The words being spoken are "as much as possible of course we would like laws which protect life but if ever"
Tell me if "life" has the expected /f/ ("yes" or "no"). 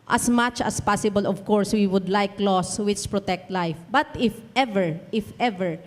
yes